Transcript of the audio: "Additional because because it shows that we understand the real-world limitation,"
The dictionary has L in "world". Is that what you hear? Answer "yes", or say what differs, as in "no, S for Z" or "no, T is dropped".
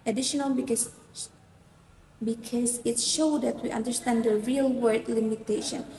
no, L is dropped